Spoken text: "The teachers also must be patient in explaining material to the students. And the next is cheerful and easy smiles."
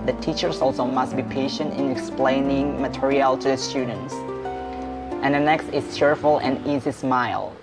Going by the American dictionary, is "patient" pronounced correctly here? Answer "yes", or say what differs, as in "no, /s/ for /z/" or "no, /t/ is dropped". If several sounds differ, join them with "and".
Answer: yes